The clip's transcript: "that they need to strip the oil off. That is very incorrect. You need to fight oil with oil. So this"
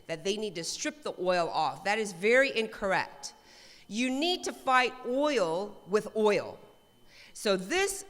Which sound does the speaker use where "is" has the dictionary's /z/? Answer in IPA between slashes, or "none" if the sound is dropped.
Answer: /z/